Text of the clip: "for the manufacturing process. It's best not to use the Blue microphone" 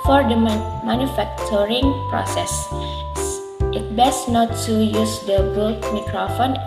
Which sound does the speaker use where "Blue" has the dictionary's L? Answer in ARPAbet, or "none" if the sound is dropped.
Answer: none